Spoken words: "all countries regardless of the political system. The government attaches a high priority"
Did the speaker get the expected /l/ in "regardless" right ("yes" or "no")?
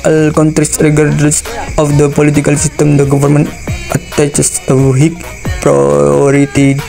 no